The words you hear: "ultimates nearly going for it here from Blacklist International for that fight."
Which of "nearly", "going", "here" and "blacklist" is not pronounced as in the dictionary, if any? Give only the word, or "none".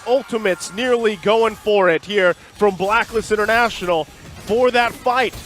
blacklist